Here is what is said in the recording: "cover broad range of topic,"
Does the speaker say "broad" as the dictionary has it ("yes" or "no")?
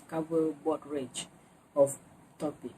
no